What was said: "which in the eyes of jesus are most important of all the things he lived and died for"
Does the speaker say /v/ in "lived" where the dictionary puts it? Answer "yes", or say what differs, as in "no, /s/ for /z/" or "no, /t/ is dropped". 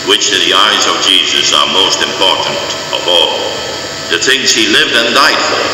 yes